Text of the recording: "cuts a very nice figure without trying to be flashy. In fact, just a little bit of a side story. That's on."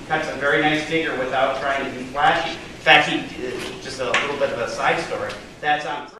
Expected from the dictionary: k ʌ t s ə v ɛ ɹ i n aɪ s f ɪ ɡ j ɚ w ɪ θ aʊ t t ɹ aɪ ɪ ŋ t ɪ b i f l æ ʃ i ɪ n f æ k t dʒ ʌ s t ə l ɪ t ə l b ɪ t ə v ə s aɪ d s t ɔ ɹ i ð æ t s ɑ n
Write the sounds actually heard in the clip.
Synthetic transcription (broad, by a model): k ʌ t s ə v ɛ ɹ i n aɪ s f ɪ ɡ j ɚ w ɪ θ aʊ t t ɹ aɪ ɪ ŋ t ɪ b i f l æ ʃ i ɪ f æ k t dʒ ʌ s t ə l ɪ t l b ɪ t ə v ə s aɪ d s t ɔ ɹ i ð æ t s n